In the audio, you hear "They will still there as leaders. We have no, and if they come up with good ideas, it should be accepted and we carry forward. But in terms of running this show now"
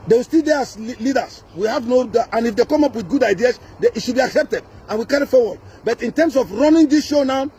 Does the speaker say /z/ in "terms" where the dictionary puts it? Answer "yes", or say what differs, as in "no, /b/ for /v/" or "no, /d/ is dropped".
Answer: no, /s/ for /z/